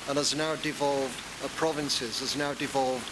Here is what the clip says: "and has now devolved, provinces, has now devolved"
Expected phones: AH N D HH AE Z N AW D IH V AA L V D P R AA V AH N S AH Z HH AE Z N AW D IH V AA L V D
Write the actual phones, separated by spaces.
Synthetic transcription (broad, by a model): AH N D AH Z N AW D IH V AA L V D P R AA V AH N S AH Z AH Z N AW D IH V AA L V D